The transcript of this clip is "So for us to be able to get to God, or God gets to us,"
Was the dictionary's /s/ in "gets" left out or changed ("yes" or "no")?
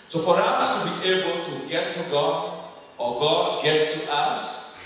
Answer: yes